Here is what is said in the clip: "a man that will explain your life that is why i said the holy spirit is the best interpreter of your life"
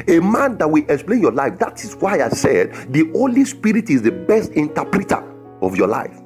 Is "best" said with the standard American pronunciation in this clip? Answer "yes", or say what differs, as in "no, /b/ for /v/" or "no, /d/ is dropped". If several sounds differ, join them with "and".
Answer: yes